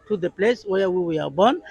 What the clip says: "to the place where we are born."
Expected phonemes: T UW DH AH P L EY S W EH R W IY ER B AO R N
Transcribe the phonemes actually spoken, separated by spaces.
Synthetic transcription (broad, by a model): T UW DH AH P L EY S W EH W W IY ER B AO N